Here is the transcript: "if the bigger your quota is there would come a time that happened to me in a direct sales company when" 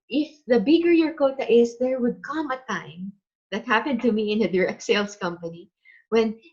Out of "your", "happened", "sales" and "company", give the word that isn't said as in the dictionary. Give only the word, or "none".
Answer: sales